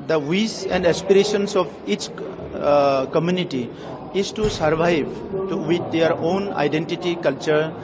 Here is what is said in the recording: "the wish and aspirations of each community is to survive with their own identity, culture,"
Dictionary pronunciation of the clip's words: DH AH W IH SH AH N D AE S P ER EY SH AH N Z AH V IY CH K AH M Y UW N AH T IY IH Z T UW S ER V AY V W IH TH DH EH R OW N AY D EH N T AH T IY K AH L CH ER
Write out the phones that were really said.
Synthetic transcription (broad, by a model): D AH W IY S AH N D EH S P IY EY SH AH N S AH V IY CH K AH M Y UW N AH T IY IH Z T UW S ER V AY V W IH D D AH R OW N AY D EH N T AH T IY K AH L CH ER